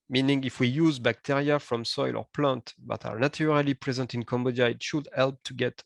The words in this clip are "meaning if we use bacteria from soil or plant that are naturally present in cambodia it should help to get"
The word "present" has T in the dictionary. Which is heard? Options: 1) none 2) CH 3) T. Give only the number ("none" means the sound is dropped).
3